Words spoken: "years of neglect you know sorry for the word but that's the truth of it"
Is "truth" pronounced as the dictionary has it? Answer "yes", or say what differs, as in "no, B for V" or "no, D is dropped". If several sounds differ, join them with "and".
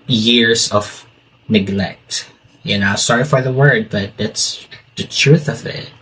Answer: yes